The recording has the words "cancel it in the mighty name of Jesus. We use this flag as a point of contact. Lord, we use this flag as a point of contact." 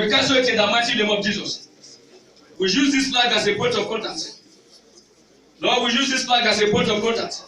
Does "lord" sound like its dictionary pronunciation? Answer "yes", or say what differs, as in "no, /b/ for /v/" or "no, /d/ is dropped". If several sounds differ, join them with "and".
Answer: no, /n/ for /l/